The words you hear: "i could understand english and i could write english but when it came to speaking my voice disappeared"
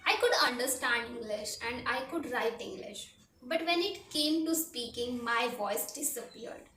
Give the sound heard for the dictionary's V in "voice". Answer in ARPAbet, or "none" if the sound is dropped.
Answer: V